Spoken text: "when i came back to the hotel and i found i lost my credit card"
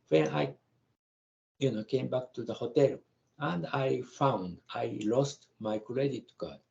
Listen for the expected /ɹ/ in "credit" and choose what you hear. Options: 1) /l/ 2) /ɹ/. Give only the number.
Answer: 1